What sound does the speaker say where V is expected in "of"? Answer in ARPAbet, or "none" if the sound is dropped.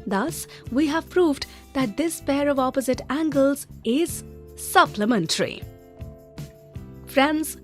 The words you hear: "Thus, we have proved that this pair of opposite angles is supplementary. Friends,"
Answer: V